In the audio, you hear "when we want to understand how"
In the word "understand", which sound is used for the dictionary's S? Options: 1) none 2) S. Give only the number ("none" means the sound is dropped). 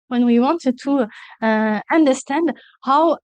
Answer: 2